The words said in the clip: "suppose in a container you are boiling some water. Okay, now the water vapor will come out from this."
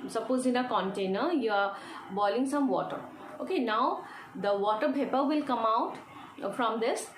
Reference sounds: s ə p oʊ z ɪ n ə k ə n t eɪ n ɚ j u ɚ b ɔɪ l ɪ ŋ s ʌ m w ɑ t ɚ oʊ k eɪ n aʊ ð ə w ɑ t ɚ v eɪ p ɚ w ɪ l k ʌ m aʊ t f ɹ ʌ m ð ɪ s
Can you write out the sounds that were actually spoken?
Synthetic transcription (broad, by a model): s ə p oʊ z ɪ n ə k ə n t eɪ n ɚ j u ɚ b ɔɪ l ɪ ŋ s ʌ m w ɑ t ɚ oʊ k eɪ n aʊ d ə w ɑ t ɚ p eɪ p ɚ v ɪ l k ʌ m aʊ t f ɹ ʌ m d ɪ s